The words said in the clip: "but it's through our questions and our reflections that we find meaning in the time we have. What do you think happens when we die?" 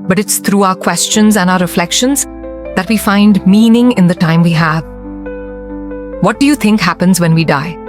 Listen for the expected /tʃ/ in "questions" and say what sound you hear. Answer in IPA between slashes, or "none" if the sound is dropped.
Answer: /tʃ/